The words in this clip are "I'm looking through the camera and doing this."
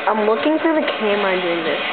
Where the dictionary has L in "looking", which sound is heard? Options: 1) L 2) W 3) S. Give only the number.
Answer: 2